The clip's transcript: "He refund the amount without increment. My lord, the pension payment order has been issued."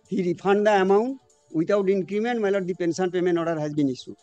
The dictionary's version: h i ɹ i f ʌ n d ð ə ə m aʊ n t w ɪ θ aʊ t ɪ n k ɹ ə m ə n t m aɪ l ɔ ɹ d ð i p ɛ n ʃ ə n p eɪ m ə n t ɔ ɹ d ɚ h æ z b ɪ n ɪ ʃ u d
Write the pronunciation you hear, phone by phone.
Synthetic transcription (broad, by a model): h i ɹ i p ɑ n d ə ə m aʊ n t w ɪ t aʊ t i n k ɹ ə m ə n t m aɪ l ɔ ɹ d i p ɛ n s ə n p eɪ m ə n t ɔ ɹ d h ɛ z b ɪ n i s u